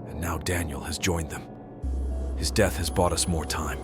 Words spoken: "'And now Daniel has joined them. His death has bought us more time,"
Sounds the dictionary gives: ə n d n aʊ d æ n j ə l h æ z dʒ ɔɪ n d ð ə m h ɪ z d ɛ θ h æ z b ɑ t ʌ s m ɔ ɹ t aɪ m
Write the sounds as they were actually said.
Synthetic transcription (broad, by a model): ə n n aʊ d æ n j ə l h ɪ z dʒ ɔɪ n ð ə m h ɪ z d ɛ θ h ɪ z b ɑ t ʌ s m ɔ ɹ t aɪ m